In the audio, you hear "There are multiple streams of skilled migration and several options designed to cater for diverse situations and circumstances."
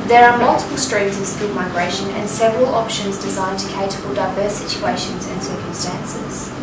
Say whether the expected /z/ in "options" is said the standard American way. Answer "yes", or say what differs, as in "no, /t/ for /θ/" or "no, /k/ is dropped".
yes